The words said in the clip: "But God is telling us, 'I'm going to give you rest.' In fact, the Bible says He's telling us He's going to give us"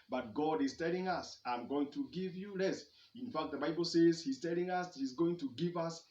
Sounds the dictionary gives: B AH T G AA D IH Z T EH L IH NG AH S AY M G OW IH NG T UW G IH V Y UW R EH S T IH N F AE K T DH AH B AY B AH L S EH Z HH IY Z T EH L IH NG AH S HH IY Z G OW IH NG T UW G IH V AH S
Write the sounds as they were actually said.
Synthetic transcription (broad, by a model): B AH T G AA D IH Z T EH L IH NG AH S AY M G OW IH NG T UW G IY V Y UW L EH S IH N F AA K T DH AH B AY B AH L S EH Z HH IY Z T EH L IH NG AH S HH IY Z G OW IH NG T UW G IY V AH S